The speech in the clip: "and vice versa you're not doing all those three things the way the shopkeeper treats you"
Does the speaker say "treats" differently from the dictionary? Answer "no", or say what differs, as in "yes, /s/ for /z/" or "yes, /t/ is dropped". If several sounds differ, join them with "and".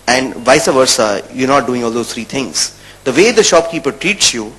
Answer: no